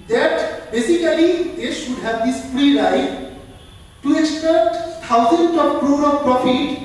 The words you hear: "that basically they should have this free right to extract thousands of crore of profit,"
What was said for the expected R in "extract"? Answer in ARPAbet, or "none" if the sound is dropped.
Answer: none